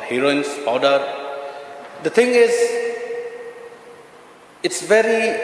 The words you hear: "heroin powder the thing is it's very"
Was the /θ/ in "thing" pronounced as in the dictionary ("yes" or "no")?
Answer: no